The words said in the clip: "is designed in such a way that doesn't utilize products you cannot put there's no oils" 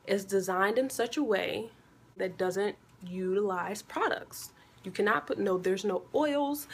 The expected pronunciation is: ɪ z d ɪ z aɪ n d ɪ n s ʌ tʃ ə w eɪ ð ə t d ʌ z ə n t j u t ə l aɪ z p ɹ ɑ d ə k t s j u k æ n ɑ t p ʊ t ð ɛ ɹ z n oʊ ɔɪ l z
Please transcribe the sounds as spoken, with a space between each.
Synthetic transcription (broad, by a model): ɪ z d ɪ z aɪ n d ɪ n s ʌ tʃ ə w eɪ ð ə t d ʌ z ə n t j u t ə l aɪ z p ɹ ɑ d ə k t s j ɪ k æ n ɑ t p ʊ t ð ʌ ɹ z n oʊ ɔɪ l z